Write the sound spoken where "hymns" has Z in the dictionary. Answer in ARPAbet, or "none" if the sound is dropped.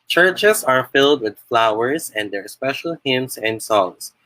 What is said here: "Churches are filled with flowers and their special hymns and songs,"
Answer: S